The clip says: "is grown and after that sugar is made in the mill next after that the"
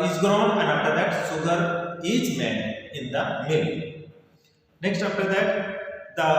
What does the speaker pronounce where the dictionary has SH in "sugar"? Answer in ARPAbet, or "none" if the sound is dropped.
S